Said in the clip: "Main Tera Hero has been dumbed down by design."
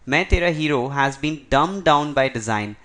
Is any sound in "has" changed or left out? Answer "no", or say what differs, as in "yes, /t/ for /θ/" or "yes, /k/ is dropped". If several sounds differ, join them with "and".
no